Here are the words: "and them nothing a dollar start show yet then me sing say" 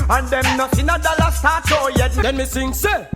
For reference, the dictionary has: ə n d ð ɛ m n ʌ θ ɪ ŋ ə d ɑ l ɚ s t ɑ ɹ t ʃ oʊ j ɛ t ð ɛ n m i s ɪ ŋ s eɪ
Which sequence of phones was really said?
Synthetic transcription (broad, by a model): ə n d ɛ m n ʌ s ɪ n ə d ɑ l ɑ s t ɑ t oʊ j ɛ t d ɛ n m i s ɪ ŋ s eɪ